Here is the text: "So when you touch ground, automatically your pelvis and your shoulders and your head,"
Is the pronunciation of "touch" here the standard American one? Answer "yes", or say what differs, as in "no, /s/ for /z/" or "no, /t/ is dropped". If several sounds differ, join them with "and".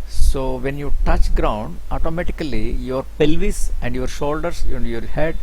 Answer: yes